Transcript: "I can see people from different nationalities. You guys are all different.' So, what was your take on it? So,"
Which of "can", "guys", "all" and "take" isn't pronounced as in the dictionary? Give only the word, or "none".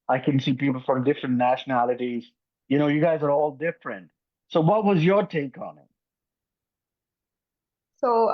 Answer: none